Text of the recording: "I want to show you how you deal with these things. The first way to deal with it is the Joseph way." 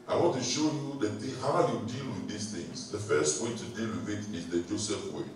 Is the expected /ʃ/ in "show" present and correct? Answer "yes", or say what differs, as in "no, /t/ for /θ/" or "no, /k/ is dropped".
yes